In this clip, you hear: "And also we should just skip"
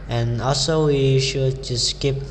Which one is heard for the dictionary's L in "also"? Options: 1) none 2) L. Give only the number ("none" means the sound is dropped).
2